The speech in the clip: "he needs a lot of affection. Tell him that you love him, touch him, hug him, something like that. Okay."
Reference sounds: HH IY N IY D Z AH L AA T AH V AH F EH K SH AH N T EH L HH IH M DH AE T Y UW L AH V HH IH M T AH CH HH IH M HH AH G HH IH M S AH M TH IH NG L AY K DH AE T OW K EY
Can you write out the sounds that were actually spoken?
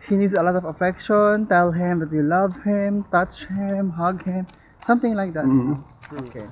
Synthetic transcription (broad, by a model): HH IY N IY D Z AH L AA T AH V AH F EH K SH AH N T EH L HH IH M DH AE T Y UW L AH V HH IH M T AH CH HH IH M HH AH G HH IH M S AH M T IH NG L AY K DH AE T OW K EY